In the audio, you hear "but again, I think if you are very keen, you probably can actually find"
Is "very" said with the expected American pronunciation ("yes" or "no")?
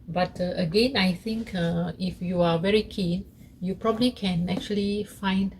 yes